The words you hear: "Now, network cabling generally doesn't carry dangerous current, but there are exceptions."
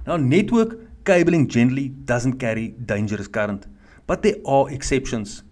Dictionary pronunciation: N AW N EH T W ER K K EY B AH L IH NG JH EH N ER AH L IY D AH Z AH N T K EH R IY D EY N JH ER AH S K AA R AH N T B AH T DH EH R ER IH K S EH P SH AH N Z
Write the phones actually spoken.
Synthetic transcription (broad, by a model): N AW N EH T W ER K K EY B AH L IH NG JH EH N ER AH L IY D AH Z AH N T K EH R IY D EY N JH ER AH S K AA R AH N T B AH T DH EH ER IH K S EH P SH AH N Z